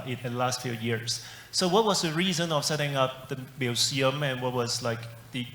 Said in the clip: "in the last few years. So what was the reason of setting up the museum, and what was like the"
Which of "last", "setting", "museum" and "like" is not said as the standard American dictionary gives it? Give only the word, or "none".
museum